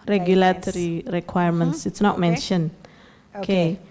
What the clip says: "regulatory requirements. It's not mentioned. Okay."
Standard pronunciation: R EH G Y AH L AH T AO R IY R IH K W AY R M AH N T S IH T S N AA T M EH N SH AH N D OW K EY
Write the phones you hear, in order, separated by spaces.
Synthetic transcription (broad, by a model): R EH G Y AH L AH T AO R IY R IH K W AY R M AH N T S IH T S N AA T M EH N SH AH N OW K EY